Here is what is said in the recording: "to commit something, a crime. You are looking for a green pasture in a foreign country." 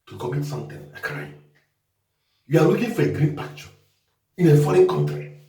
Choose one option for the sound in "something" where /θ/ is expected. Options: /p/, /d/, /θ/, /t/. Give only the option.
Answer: /t/